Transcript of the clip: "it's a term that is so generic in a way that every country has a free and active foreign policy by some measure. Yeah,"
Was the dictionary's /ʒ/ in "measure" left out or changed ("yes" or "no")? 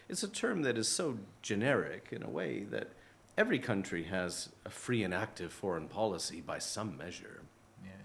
no